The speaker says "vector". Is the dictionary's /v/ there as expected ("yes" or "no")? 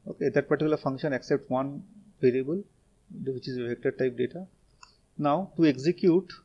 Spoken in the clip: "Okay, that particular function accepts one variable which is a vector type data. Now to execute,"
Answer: no